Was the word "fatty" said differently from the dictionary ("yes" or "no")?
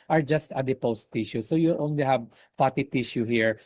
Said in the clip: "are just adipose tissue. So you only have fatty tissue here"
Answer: yes